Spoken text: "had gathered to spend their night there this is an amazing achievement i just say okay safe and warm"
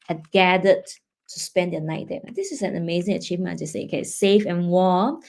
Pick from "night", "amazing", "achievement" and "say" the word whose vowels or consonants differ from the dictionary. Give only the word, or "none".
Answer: achievement